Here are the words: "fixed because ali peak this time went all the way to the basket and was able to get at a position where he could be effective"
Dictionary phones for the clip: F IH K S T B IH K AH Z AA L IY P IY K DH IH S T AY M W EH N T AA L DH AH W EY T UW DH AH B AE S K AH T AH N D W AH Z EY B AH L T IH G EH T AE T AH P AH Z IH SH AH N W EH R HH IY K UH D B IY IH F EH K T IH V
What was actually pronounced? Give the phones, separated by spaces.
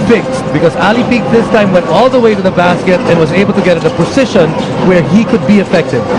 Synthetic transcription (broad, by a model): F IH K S B IH K AH Z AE L IY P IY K DH IH S T AY M W EH N T AA L DH AH W EY T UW DH AH B AE S K AH T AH N W AH Z EY B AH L T IH G EH T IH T AH P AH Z IH SH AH N W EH R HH IY K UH D B IY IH F EH K T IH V